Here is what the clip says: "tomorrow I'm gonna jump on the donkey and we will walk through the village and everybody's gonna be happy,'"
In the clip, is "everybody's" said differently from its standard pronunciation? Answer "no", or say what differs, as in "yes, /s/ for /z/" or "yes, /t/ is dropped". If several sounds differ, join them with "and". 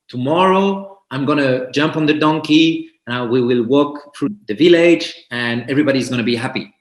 no